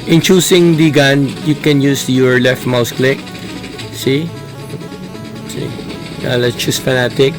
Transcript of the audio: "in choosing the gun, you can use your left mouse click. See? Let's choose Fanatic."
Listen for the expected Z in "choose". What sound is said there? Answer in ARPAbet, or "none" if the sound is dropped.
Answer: S